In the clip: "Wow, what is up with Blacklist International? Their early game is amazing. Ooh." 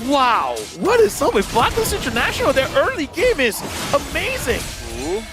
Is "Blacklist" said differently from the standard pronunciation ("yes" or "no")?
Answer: yes